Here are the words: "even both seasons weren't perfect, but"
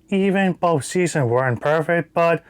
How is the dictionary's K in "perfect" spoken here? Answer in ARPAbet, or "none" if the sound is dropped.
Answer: K